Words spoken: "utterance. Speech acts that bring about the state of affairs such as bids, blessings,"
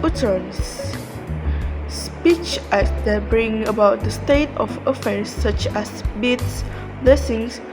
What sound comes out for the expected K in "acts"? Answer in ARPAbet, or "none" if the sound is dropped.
none